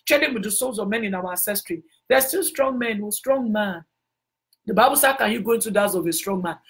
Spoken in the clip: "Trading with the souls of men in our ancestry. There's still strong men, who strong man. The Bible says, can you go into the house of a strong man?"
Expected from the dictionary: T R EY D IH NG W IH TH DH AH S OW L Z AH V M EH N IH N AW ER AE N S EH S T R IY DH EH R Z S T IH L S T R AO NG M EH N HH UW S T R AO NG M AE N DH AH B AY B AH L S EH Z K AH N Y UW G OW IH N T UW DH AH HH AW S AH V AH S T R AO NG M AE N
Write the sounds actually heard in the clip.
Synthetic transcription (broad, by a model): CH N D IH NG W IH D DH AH S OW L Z AH V M EH N IH N AW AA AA N S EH S T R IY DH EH S T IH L S T R AO NG M EH N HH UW S T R AO NG M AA N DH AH B AY B AH L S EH K AH N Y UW G OW IH N T UW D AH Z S AH V AH S T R AO NG M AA N